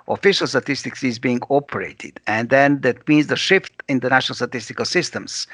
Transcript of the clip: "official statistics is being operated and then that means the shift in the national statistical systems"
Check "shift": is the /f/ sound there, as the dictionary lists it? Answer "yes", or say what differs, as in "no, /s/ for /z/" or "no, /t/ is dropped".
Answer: yes